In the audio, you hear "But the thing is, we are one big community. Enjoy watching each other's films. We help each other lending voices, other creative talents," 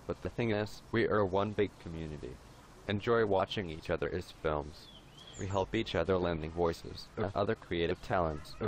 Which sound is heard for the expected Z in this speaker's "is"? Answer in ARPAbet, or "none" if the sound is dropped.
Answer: S